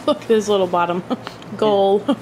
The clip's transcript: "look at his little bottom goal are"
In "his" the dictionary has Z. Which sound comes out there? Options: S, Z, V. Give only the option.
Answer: S